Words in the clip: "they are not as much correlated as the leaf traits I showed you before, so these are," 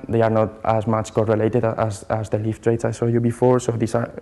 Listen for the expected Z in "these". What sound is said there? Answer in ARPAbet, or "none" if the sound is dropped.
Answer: S